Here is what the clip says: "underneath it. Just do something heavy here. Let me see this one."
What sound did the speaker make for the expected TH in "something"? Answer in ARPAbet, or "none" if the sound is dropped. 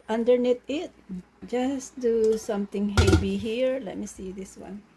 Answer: T